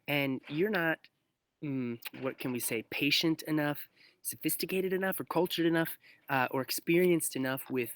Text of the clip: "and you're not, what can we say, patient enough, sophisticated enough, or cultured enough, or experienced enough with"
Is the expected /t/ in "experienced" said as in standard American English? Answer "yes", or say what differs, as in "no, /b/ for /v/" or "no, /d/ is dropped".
yes